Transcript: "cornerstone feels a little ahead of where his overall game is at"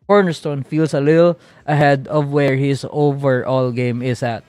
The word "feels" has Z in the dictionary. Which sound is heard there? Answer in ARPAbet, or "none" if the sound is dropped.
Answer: S